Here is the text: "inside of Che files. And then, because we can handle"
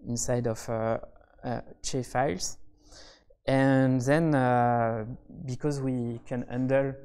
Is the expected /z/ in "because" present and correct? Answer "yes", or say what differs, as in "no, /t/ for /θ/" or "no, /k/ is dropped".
yes